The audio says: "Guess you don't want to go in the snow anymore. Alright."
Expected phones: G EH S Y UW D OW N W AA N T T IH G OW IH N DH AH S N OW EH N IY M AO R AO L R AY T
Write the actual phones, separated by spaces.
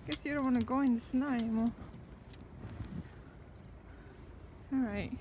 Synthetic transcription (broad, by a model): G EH S Y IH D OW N W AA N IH G OW IH N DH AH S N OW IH IY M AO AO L R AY T